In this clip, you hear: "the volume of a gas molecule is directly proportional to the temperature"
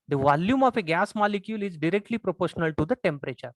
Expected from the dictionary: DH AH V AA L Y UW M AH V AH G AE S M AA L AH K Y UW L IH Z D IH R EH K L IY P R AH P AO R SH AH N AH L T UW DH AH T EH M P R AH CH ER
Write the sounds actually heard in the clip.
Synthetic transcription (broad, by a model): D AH V AA L Y UW M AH F AH G AE S M AA L AH K Y UW L IH Z D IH R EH K L IY P R AH P AO R SH AH N AH L T UW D AH T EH M P R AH CH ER